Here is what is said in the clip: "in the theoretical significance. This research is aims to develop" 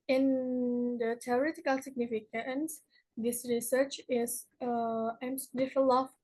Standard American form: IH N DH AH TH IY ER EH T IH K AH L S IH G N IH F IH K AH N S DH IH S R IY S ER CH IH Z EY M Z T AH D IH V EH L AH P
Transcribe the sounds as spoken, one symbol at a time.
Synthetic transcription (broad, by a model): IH N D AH T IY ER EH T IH K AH L S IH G N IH F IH K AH N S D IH S R IY S ER CH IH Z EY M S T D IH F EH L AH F